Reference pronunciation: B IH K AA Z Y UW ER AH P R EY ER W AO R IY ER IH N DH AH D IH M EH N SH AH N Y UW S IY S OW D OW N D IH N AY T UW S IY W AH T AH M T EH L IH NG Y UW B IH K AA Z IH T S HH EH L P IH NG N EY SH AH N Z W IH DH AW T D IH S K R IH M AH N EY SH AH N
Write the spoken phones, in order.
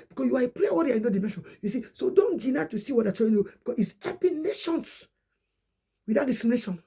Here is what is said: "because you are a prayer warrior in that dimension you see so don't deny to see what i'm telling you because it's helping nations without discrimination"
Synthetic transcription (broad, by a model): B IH K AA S Y UW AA AH P R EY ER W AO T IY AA IH N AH D IH M EH N SH AH N Y UW S IY S OW D OW N D IH N AY T UW S IY W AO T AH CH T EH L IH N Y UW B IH K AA S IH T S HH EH P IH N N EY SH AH N S W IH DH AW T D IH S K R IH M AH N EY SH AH N